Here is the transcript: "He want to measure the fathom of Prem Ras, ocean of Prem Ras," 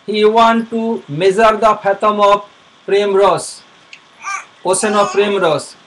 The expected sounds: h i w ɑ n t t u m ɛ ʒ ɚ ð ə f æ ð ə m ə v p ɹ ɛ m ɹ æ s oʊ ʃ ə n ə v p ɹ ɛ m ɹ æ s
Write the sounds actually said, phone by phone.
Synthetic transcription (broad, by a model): h i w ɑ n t t u m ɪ z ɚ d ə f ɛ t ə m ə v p ɹ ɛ m ɹ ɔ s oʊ s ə n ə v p ɹ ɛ m ɹ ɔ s